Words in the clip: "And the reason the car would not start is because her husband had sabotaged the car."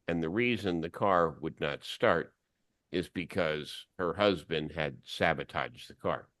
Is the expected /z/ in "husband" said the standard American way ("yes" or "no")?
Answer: yes